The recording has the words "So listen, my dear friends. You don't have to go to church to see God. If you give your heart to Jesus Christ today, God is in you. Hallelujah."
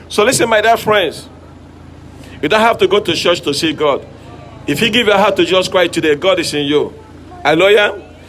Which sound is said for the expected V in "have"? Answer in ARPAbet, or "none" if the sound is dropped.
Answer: F